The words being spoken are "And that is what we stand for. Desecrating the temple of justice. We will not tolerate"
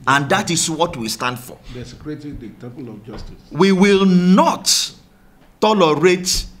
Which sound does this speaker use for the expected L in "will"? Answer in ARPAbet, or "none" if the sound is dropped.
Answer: L